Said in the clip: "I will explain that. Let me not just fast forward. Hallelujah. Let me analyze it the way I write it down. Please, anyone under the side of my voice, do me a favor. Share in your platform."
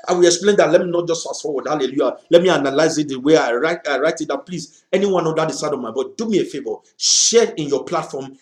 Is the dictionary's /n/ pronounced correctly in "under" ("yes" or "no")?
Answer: no